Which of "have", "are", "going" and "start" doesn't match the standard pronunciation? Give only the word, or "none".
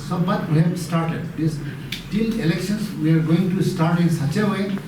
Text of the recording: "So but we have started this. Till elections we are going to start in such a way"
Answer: have